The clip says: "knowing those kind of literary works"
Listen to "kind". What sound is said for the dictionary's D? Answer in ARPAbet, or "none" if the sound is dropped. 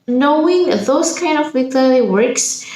D